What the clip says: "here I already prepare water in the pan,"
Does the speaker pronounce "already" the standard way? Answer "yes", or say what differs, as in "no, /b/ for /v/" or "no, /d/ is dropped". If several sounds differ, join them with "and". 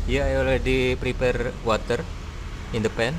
no, /l/ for /ɹ/